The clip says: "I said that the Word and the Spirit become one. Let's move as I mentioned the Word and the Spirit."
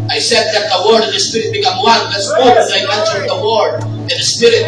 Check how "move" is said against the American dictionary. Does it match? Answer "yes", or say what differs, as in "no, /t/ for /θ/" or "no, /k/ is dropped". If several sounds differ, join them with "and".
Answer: no, /w/ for /v/